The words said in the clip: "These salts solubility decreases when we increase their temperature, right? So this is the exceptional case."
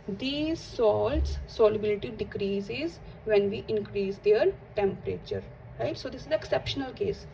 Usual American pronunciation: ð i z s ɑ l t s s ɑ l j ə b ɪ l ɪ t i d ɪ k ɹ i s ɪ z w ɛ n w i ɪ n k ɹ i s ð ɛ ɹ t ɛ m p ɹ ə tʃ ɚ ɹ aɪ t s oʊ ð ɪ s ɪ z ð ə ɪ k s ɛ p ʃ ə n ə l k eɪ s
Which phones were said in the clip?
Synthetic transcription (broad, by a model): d i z s ɑ l t s s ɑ l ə b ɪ l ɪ t i d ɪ k ɹ i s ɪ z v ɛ n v i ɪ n k ɹ i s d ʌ ɹ t ɛ m p ɹ ə tʃ ɚ ɹ aɪ t s oʊ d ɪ s ɪ z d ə ɪ k s ɛ p ʃ ə n ə l k eɪ s